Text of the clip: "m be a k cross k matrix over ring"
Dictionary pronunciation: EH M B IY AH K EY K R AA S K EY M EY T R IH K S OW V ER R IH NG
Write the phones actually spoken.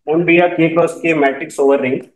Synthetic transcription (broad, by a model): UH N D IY AH K EY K AA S K EY M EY T R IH K S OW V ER R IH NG